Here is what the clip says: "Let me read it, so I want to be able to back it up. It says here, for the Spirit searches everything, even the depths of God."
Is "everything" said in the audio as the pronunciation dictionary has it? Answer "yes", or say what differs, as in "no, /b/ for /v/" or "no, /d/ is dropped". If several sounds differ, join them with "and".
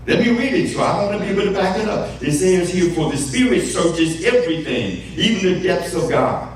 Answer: yes